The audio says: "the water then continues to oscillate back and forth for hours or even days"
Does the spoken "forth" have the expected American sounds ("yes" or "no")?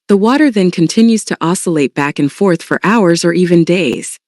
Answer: yes